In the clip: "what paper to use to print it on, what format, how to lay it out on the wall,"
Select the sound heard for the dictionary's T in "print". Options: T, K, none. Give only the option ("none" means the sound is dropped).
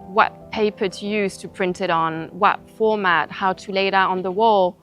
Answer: T